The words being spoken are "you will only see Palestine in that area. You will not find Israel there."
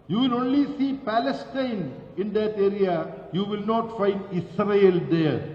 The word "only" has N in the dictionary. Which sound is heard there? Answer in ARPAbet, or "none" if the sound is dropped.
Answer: N